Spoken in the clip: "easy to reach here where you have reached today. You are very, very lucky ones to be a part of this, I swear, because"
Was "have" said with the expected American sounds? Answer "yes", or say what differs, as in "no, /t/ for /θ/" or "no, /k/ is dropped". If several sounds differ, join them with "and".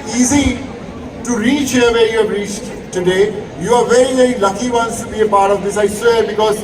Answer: no, /b/ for /v/